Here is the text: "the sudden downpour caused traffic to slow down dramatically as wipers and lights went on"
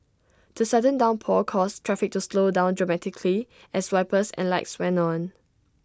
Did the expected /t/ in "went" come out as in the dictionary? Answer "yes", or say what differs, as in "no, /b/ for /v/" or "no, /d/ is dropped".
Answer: no, /t/ is dropped